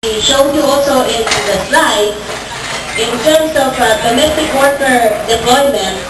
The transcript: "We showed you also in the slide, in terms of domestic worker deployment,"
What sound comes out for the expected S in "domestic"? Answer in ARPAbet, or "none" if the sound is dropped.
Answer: none